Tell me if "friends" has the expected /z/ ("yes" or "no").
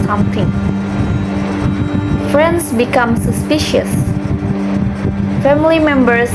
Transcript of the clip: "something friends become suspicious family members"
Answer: no